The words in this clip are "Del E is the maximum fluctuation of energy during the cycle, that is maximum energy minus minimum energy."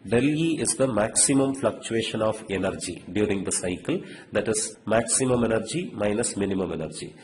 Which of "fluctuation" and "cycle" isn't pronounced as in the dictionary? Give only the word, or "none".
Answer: none